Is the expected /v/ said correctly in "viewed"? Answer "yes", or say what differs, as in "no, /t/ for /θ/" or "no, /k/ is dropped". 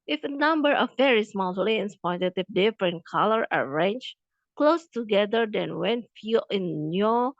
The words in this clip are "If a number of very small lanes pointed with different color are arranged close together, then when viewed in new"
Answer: no, /f/ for /v/